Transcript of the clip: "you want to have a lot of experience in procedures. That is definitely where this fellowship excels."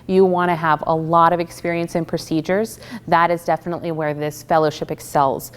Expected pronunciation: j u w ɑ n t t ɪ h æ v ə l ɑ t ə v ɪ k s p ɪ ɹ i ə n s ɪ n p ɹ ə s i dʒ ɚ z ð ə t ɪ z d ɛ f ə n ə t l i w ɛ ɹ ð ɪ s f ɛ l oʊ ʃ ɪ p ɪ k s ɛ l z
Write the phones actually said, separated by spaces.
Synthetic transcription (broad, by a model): j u w ɑ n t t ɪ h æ v ə l ɑ t ə v ɪ k s p ɪ ɹ i ə n s ɪ n p ɹ ə s i dʒ ɚ z ð ə t ɪ z d ɛ f ə n ə t l i w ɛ ɹ ð ɪ s f ɛ l oʊ ʃ ɪ p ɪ k s ɛ l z